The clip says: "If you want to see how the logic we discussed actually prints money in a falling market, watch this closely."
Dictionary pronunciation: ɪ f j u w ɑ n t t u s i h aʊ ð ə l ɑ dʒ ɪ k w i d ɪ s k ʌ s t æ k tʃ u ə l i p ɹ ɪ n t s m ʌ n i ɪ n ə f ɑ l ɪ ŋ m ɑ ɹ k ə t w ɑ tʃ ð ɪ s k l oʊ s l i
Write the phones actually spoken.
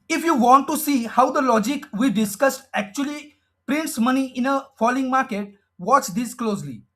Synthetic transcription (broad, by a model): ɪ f j u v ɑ n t t u s i h aʊ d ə l ɑ dʒ ɪ k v i d ɪ s k ʌ s t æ k tʃ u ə l i p ɹ ɪ n t s m ʌ n i ɪ n ə f ɑ l ɪ ŋ m ɑ ɹ k ə t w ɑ tʃ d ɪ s k l oʊ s l i